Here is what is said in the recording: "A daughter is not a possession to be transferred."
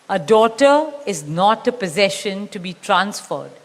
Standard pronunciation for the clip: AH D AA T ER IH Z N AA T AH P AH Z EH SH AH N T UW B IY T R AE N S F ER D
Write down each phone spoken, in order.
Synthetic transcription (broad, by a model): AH D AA T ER IH Z N AA T AH P AH Z EH SH AH N T UW B IY T R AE N S F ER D